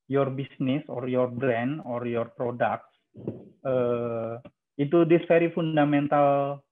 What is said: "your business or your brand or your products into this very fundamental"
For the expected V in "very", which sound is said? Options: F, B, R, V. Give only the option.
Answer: F